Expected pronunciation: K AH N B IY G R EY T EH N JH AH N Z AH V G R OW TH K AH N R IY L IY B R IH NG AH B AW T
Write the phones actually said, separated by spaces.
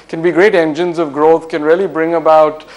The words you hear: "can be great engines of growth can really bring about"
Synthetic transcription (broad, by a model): K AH N B IY G R EY T EH N JH AH N Z AH V G R OW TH K AH N R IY L IY B R IH NG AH B AW T